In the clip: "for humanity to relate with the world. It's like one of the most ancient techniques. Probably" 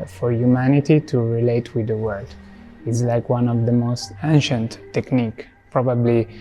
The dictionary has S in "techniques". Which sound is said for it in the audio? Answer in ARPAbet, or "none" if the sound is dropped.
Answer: none